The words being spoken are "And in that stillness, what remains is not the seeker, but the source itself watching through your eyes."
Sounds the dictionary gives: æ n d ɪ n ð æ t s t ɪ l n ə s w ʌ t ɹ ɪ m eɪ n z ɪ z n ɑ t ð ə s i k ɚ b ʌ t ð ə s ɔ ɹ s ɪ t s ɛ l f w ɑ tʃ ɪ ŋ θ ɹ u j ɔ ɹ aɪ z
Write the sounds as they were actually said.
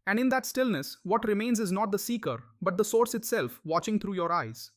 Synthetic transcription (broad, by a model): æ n d ɪ n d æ t s t ɪ l n ə s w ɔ t ɹ ɪ m eɪ n z ɪ z n ɑ t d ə s i k ɚ b ʌ t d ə s ɔ ɹ s ɪ t s ɛ l f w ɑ tʃ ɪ ŋ t ɹ u j ɔ ɹ aɪ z